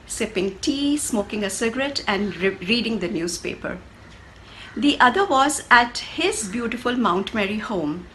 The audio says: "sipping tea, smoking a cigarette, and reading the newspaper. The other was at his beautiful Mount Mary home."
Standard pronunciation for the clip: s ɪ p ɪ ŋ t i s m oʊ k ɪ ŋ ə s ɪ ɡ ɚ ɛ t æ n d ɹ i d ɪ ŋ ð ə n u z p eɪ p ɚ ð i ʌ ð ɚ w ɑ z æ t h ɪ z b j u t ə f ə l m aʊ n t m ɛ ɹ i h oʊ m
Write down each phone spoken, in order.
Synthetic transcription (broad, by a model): s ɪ p ɪ ŋ t i s m oʊ k ɪ ŋ ə s ɪ ɡ ɚ ɛ t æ n d ɹ i d ɪ ŋ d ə n u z p eɪ p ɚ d i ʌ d ɚ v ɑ z æ t h ɪ z b j u t ə f ə l m aʊ n t m ɛ ɹ i h oʊ m